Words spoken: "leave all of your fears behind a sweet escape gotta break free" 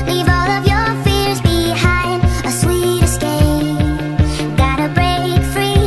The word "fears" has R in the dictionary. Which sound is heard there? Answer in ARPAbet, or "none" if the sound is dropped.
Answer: R